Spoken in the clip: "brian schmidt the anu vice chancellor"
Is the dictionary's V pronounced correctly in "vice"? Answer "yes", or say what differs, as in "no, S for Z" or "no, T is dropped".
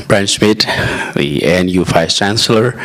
no, F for V